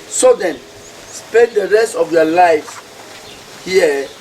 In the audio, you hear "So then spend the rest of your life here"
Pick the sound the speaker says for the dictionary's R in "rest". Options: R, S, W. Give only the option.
R